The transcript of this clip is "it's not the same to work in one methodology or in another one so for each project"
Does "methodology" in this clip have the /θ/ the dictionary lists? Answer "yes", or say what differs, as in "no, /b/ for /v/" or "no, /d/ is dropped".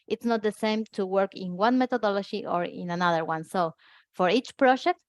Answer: no, /t/ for /θ/